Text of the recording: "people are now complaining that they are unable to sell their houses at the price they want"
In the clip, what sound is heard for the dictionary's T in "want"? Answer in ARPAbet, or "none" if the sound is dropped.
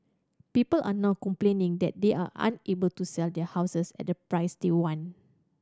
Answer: none